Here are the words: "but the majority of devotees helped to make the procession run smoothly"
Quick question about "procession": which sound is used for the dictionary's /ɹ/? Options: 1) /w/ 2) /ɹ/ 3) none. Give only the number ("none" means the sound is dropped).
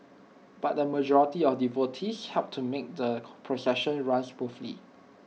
2